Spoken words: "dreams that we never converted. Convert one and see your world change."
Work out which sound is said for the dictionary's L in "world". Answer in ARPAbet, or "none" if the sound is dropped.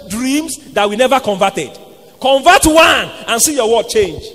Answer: none